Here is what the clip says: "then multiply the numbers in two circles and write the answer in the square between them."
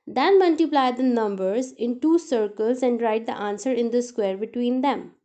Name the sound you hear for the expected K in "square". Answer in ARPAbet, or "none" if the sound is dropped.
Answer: K